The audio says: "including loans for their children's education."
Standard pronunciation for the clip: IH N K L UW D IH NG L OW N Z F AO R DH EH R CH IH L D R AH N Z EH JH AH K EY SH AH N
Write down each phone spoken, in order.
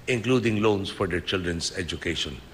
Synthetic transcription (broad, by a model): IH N K L UW D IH NG L OW N S F AO R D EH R CH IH L D R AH N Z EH JH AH K EY SH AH N